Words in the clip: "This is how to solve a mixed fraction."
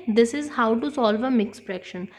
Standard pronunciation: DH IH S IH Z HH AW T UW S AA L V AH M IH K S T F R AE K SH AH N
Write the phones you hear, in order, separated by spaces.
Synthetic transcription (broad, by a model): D IH S IH Z HH AW T UW S AA L V AH M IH K S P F R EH K SH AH N